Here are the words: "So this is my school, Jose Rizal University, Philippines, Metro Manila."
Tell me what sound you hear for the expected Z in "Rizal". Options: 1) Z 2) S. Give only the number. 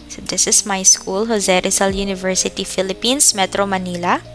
2